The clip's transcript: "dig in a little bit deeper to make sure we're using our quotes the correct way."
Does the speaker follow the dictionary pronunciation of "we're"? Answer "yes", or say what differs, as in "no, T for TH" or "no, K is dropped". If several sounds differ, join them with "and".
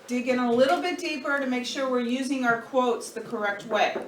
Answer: yes